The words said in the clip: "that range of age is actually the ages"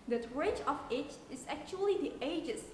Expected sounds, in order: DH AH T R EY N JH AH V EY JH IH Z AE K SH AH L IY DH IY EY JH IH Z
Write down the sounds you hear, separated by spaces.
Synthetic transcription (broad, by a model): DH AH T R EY JH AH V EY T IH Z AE K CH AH L IY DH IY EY JH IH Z